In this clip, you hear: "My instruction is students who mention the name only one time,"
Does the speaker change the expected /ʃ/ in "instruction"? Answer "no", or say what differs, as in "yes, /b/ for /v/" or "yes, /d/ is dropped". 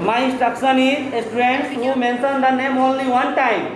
yes, /s/ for /ʃ/